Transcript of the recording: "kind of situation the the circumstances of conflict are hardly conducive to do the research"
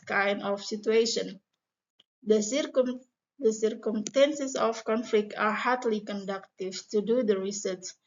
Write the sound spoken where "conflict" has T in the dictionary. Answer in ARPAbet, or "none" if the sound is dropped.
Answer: T